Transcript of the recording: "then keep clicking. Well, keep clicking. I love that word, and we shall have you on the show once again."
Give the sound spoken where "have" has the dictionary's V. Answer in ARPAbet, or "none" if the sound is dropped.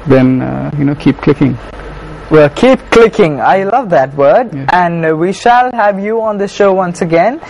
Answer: V